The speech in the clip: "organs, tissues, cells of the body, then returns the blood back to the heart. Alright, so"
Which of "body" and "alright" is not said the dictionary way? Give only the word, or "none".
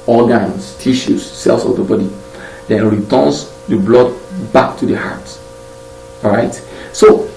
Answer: alright